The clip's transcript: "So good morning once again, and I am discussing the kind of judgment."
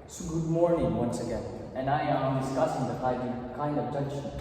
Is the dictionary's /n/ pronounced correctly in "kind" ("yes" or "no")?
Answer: yes